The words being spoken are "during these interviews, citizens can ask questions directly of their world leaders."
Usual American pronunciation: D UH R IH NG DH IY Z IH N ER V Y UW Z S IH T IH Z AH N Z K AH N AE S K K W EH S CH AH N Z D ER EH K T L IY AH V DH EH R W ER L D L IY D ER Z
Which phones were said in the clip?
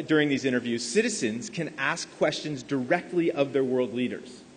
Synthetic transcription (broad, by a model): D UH R IH NG DH IY Z IH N ER V Y UW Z S IH T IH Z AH N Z K AH N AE S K K W EH S CH AH N Z D ER EH K T L IY AH V DH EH R W ER L D L IY D ER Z